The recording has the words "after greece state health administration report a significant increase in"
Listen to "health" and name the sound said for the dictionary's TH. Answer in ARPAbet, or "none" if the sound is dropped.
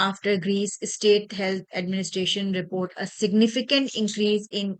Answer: T